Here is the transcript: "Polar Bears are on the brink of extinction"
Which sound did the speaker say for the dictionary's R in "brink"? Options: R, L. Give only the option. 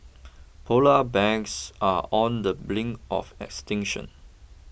L